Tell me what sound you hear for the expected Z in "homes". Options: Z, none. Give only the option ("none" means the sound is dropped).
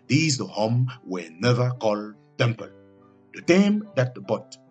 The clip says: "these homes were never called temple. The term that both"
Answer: none